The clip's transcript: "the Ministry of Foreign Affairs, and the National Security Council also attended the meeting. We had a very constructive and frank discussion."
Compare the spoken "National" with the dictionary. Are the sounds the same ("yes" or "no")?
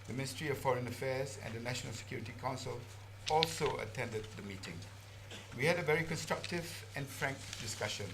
yes